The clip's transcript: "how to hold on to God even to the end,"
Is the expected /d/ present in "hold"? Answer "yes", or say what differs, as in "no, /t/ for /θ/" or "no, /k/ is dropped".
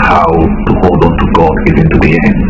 yes